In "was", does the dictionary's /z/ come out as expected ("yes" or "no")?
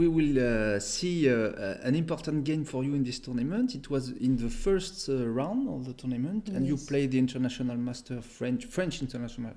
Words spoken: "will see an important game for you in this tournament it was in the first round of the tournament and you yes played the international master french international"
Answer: yes